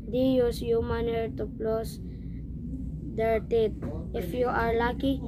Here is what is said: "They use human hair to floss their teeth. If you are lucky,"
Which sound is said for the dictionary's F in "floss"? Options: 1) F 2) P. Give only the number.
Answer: 2